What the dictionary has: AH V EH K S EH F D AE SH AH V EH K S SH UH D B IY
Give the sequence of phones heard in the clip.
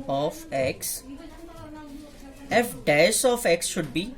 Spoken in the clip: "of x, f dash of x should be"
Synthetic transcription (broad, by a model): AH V EH K S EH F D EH S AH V EH K S SH UH D B IY